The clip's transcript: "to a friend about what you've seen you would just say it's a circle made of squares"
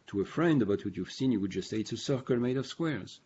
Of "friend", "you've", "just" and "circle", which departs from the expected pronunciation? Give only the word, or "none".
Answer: none